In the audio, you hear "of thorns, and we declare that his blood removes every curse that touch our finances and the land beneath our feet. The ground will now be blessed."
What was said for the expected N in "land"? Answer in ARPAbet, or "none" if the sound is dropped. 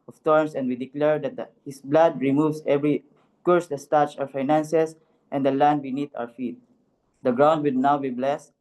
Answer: N